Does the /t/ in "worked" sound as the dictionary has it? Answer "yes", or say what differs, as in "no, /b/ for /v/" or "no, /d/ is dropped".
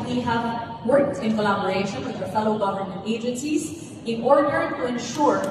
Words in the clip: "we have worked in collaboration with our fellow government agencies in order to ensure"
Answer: yes